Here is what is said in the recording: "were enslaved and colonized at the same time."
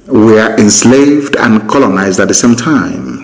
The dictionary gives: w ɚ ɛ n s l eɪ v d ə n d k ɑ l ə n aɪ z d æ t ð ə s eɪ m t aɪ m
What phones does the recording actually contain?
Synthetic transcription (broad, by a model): w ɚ ɛ n s l eɪ v d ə n k ɑ l ə n aɪ z d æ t ð ə s eɪ m t aɪ m